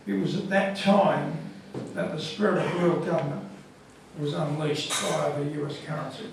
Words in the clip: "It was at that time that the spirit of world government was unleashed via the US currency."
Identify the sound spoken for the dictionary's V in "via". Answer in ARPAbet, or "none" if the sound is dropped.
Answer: B